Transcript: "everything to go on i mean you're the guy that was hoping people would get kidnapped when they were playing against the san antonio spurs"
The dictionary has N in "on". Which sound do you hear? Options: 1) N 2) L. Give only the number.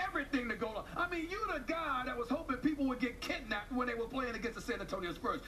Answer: 2